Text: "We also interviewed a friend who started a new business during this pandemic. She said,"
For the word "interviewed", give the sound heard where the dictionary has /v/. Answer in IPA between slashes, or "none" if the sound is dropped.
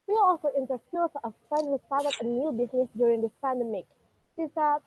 /f/